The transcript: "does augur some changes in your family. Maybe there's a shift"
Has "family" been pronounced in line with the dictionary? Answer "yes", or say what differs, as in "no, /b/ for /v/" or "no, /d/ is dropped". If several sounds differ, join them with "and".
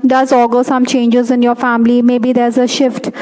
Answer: yes